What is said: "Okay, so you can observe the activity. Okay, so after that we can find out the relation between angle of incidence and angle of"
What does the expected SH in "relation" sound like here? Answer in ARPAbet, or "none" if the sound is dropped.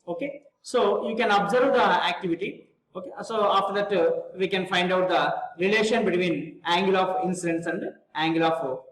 SH